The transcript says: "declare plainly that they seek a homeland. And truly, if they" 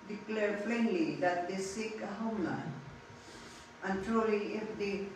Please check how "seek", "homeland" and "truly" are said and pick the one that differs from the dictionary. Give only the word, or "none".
homeland